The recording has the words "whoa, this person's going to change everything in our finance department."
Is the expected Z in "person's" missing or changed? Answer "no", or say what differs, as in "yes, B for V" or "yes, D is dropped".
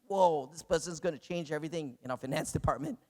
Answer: no